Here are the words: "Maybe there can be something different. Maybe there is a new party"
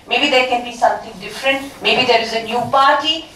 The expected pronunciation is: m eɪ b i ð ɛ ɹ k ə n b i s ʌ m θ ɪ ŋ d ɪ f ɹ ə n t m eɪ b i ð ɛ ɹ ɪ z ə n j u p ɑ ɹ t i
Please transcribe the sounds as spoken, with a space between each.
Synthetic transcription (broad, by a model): m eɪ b i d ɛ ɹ k ə n b i s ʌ m t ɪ ŋ d ɪ f ɹ ə n t m eɪ b i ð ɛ ɹ ɪ z ə n j u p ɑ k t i